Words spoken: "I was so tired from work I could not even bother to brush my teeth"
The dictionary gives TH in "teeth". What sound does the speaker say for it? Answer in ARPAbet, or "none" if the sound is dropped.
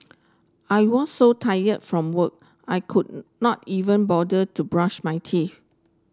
F